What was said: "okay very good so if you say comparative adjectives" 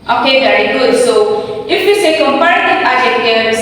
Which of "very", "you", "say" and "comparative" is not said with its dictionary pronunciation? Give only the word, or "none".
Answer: comparative